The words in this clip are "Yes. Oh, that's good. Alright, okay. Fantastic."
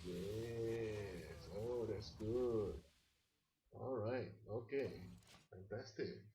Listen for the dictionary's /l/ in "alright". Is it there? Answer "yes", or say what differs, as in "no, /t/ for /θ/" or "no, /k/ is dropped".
yes